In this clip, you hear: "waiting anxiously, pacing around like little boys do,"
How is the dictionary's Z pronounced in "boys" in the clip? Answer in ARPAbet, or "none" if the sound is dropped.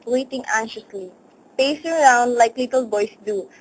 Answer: S